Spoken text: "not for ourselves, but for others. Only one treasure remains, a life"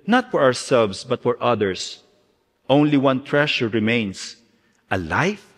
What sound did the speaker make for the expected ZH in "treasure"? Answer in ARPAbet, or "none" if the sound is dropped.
SH